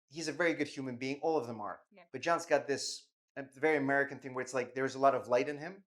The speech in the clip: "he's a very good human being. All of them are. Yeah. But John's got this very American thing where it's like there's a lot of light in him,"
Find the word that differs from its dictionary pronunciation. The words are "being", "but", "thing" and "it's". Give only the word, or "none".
none